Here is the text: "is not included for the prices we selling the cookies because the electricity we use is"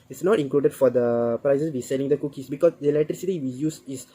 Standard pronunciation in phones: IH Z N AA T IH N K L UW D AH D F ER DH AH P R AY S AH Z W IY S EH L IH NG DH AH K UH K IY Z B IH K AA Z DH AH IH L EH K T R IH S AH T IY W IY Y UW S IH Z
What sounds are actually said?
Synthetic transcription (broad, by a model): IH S N AA T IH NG K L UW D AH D F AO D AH P R AY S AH S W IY S EH L IH NG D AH K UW K IY S B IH K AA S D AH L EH T R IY S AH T IY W IY Y UW S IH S